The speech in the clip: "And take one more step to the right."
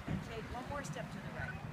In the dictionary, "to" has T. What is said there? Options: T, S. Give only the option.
S